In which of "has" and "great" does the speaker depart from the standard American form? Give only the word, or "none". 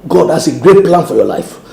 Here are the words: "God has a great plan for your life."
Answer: has